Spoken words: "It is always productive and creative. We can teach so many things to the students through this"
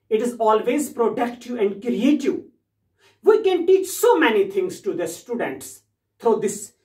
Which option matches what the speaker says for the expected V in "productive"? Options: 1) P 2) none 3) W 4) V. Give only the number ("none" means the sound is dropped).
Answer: 2